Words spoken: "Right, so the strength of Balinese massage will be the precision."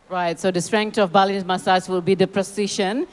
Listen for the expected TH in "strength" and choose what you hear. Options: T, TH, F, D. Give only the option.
T